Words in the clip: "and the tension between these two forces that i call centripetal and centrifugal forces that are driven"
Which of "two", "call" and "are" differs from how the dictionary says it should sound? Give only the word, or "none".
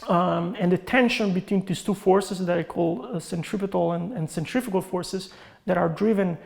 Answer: none